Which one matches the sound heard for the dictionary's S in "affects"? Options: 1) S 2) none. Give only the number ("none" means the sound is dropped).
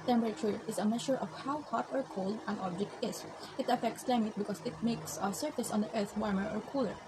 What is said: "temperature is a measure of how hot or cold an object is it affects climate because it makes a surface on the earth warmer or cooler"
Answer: 1